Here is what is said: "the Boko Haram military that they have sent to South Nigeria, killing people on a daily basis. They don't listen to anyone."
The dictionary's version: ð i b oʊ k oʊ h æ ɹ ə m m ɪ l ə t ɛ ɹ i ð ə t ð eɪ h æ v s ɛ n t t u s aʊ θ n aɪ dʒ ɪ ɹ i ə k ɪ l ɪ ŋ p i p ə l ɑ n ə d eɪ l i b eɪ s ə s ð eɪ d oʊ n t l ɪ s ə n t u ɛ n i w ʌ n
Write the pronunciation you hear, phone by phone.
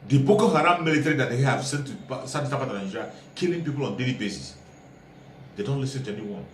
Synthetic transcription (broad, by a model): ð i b oʊ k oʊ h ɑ ɹ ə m m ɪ l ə t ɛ ɹ i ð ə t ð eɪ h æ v s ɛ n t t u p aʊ t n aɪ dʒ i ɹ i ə k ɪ l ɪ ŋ p i p ə l ɑ n d eɪ l i b eɪ s ə s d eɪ d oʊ n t l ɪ s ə n t u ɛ n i w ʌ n